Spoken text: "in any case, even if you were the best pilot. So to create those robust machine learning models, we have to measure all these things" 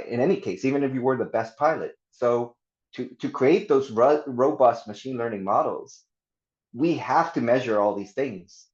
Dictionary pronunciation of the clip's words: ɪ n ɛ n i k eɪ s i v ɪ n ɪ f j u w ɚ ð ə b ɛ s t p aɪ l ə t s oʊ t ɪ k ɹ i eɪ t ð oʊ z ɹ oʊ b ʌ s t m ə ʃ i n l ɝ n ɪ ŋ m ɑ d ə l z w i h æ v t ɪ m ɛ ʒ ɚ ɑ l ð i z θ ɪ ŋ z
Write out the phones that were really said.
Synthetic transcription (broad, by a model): ɪ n ɛ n i k eɪ s i v ɪ n ɪ f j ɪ w ɚ ð ə b ɛ s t p aɪ l ə t s oʊ t ɪ k ɹ i eɪ t ð oʊ z ɹ oʊ b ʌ s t m ə ʃ i n l ɝ n ɪ ŋ m ɑ d l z w i h æ f t ɪ m ɛ ʒ ɚ ɑ l ð i z θ ɪ ŋ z